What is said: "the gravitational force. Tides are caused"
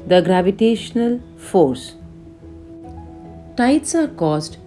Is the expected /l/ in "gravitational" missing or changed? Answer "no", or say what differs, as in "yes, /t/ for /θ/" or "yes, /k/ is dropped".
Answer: no